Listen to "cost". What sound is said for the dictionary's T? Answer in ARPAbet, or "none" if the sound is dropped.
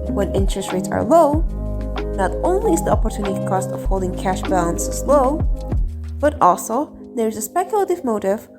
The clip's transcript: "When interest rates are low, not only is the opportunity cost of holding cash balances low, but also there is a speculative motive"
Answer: T